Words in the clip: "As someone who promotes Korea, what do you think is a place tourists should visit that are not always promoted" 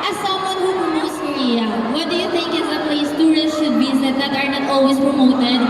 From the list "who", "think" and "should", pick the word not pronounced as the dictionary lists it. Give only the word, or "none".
think